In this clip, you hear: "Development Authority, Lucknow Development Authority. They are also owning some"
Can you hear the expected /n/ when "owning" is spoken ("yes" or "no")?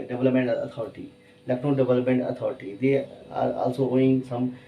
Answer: no